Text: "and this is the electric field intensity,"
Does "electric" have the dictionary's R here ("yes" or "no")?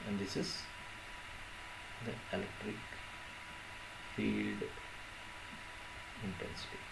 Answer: yes